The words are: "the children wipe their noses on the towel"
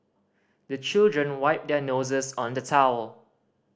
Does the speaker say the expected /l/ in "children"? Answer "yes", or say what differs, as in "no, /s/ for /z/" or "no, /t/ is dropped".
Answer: yes